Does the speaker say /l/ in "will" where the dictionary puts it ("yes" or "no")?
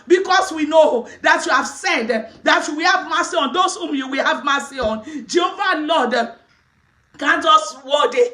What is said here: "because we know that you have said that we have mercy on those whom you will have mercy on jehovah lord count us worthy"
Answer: yes